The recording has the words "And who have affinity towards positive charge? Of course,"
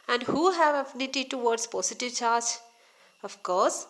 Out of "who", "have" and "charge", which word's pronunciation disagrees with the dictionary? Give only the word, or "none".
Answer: none